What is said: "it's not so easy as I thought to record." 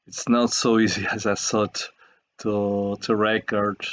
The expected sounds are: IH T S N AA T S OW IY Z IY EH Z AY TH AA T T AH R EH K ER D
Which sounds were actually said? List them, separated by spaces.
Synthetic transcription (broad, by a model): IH T S N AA T S OW IY Z IY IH Z AY S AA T T AH R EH K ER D